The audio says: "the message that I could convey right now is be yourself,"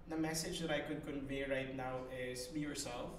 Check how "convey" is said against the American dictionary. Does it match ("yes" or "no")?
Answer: yes